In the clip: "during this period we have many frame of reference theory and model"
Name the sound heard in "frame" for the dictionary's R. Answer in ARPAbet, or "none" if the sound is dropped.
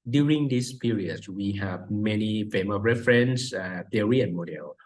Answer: none